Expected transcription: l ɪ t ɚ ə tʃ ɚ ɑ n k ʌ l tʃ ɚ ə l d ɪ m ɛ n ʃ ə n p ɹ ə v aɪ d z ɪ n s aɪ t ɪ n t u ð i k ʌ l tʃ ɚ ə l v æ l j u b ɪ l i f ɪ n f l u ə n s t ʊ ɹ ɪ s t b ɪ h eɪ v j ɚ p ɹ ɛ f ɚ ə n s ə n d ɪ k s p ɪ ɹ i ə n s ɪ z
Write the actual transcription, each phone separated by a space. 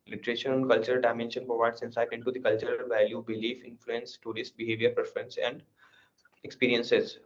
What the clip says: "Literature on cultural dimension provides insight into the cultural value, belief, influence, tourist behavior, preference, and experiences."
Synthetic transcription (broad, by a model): l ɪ t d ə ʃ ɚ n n k ʌ l tʃ ɚ ə l d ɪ m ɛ n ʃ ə n p ɹ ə v aɪ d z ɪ n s aɪ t ɪ n t u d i k ʌ l tʃ ɚ ə l v æ l j u b ɪ l i f ɪ n f l u ə n s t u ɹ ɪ s t b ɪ h eɪ v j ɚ p ɹ ɛ f ɚ ə n s ə n d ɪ k s p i ɹ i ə n s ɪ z